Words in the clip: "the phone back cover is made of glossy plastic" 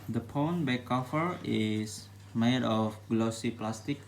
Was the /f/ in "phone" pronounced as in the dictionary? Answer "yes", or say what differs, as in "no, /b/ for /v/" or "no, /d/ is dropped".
no, /p/ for /f/